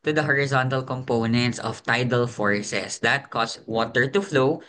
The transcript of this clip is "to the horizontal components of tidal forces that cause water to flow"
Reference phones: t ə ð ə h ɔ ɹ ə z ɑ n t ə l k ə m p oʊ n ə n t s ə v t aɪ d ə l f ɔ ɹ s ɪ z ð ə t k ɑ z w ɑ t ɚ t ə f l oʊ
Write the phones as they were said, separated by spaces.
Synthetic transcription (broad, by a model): t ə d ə h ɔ ɹ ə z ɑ n t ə l k ə m p oʊ n ə n t s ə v t aɪ d ə l f ɔ ɹ s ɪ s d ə t k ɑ s w ɑ t ɚ t ə f l oʊ